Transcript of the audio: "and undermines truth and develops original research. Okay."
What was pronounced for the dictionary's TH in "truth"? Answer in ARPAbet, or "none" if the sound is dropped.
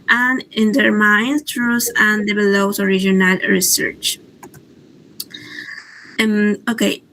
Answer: S